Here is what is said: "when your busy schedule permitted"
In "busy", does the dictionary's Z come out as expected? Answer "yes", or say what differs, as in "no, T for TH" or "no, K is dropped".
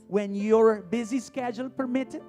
yes